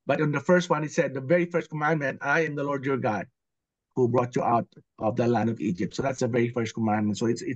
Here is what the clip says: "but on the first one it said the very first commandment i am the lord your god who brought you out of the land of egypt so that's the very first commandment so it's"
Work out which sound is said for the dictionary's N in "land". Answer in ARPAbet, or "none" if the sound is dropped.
N